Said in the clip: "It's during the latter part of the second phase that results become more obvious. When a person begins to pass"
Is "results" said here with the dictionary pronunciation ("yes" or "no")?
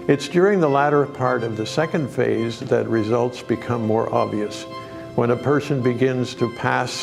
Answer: yes